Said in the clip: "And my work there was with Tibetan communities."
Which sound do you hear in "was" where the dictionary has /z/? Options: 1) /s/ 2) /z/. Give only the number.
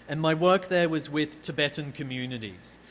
2